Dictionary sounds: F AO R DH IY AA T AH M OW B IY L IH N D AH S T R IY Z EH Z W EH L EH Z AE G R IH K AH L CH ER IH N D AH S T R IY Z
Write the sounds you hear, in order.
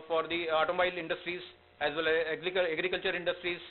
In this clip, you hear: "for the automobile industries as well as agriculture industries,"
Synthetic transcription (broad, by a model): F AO R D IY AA T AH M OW IH L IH N D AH S T R IY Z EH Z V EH L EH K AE G R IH K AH L CH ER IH N D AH S T R IY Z